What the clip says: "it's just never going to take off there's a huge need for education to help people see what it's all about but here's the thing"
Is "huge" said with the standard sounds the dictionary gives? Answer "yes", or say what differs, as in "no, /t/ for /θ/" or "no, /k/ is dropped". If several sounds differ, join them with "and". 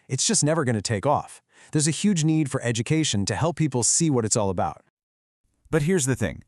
yes